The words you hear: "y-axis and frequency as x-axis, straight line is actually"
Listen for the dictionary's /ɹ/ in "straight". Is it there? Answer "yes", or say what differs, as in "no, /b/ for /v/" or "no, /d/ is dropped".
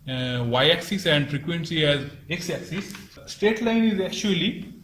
no, /ɹ/ is dropped